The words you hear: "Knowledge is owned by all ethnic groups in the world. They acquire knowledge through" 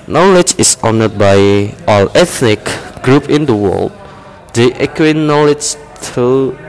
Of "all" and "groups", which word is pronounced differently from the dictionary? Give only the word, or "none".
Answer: groups